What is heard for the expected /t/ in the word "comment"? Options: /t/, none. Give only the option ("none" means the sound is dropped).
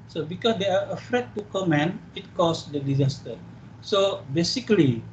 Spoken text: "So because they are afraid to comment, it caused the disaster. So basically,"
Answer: none